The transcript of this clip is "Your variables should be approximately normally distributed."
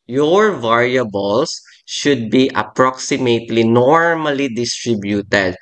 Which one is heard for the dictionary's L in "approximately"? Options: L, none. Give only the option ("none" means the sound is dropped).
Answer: L